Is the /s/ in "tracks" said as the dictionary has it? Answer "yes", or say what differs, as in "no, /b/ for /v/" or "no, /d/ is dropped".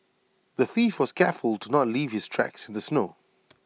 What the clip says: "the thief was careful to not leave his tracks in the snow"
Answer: yes